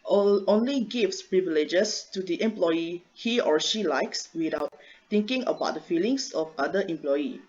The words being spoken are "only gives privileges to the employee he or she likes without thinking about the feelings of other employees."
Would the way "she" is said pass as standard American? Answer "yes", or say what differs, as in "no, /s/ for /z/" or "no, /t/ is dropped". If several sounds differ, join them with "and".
yes